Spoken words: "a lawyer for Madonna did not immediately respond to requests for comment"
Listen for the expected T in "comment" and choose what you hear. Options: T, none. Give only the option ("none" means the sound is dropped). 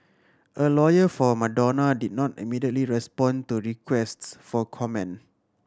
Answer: none